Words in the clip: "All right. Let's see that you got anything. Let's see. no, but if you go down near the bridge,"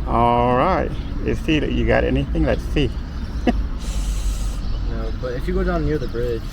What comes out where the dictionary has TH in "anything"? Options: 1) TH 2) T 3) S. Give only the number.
1